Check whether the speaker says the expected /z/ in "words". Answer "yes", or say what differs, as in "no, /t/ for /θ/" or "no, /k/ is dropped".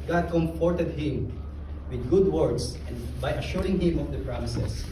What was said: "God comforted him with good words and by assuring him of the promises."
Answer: no, /s/ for /z/